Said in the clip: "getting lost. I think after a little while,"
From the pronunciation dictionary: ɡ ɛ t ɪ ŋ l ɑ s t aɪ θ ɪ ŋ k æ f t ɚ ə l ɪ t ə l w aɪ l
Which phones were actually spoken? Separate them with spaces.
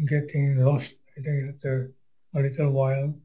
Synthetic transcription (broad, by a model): ɡ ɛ t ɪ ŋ l ɑ s t aɪ t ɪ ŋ æ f t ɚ ə l ɪ t ə l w aɪ l